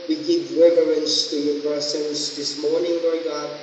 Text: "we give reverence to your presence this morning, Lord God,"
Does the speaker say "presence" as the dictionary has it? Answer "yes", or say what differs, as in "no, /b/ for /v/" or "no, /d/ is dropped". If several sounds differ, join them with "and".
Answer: no, /ɹ/ is dropped and /s/ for /z/